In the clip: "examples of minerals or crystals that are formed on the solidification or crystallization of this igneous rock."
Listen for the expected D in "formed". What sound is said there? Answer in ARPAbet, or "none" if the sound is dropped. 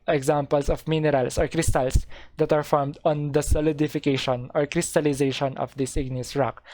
D